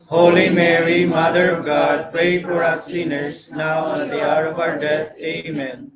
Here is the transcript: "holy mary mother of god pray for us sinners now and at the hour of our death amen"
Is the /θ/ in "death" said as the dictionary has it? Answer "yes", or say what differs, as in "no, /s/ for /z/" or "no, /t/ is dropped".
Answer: no, /t/ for /θ/